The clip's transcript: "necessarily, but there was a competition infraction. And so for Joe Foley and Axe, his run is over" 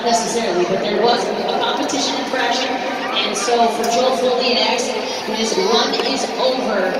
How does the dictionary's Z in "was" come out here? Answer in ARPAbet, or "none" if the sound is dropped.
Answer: Z